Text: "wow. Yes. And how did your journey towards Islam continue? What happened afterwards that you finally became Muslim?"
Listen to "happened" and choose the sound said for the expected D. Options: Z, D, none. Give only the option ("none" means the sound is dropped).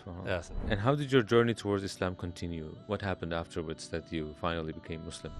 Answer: D